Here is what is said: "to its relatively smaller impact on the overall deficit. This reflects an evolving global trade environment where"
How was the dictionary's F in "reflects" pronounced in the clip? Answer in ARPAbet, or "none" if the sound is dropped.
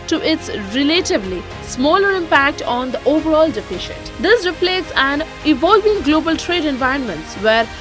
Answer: P